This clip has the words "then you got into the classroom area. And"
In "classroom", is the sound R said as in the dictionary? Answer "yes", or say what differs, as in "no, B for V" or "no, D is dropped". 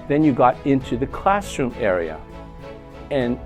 yes